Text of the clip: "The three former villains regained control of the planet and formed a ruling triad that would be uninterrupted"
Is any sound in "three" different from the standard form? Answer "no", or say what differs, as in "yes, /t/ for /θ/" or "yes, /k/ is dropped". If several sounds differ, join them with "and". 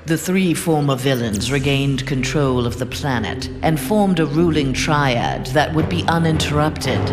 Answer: no